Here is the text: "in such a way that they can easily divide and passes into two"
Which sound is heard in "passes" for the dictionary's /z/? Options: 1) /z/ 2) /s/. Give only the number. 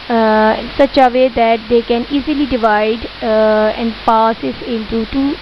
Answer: 2